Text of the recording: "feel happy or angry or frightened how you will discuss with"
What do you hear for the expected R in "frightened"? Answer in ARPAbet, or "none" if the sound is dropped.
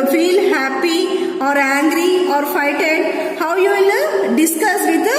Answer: none